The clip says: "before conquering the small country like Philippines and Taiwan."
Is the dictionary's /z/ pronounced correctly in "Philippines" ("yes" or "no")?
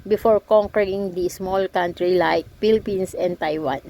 no